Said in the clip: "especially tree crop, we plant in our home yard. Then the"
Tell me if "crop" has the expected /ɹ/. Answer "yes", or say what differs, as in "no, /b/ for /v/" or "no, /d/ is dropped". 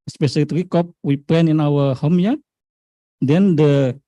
no, /ɹ/ is dropped